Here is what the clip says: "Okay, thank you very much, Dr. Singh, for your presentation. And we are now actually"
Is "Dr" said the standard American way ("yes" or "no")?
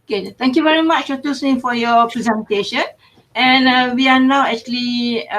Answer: no